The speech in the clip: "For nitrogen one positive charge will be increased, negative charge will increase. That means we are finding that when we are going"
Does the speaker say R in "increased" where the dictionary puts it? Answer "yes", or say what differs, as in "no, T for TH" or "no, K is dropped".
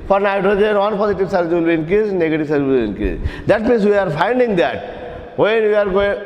no, R is dropped